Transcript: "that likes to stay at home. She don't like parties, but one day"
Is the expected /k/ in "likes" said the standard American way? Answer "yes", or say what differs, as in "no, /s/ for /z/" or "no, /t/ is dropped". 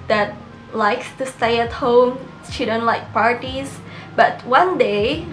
yes